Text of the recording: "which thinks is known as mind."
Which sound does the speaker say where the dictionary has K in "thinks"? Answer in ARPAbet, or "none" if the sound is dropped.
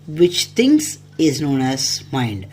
none